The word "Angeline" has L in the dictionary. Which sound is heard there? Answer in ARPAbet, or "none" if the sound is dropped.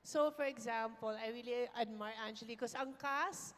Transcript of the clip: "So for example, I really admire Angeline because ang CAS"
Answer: none